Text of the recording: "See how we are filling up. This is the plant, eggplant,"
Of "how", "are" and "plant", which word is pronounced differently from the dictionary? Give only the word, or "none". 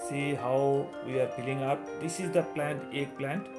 none